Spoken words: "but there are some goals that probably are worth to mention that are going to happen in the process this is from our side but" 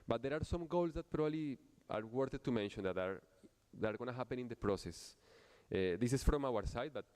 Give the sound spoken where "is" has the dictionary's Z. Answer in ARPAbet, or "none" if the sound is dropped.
S